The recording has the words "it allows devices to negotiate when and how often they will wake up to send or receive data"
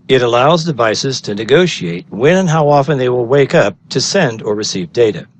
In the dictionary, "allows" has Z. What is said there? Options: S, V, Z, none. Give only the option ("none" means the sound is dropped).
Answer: Z